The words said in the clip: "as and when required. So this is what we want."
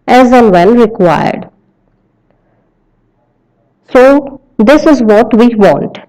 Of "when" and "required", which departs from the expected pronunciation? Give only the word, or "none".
when